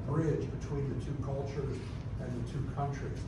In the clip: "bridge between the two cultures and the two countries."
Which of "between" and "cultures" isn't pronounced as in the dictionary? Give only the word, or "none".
none